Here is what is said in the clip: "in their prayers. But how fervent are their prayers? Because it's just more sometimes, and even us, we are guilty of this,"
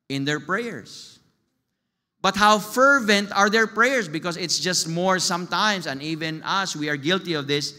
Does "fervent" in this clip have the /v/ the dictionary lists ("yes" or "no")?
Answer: yes